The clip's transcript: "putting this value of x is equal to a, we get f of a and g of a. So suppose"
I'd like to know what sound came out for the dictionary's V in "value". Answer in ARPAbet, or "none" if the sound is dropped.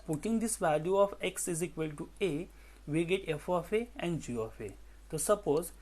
V